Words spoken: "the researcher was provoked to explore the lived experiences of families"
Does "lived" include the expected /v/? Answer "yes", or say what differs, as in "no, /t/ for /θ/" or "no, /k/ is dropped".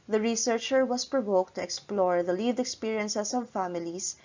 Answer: no, /v/ is dropped